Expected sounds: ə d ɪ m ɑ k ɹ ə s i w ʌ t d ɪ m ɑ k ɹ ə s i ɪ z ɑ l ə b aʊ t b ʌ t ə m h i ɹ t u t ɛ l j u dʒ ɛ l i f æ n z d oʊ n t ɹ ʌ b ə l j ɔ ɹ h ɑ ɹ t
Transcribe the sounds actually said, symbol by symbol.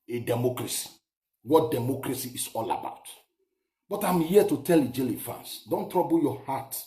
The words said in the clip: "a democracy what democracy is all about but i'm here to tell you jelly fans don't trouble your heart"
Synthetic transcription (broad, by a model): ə d ɪ m ɑ k ɹ ə s i w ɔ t d ɪ m ɑ k ɹ ə s i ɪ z ɑ l ə b aʊ t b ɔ t ə m h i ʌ t u t ɛ l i dʒ ɛ l i f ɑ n s d oʊ n t ɹ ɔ b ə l j ɔ h ɑ t